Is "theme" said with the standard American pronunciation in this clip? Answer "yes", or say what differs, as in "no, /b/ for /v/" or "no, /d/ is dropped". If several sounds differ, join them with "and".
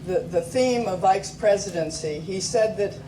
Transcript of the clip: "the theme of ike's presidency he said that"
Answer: yes